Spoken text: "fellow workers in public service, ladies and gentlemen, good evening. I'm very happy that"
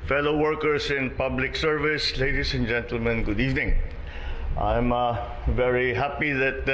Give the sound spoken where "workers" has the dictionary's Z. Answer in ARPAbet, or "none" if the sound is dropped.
S